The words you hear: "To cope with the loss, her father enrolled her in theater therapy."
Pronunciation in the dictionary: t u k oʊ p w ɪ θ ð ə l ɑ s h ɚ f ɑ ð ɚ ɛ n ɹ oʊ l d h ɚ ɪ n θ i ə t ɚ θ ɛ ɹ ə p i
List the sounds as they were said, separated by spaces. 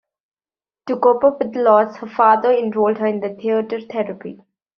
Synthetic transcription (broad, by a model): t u k oʊ p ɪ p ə l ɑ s h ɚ f ɑ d ɚ ɛ n ɹ oʊ l d h ɚ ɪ n t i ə t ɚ t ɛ ɹ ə p i